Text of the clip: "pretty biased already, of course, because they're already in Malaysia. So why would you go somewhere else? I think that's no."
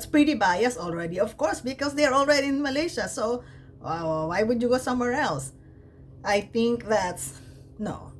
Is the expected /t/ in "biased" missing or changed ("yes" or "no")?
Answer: yes